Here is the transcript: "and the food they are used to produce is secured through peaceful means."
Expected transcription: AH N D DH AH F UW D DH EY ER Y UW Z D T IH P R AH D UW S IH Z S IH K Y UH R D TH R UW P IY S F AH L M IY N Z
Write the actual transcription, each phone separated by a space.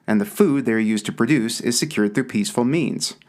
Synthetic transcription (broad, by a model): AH N DH AH F UW D DH EY ER Y UW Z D T IH P R AH D UW S IH Z S IH K Y UH R D TH R UW P IY S F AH L M IY N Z